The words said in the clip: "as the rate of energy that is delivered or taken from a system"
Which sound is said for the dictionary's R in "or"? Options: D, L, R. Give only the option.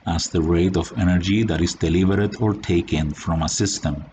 R